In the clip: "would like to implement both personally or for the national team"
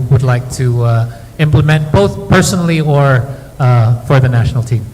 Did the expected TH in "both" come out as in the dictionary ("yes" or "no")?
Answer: yes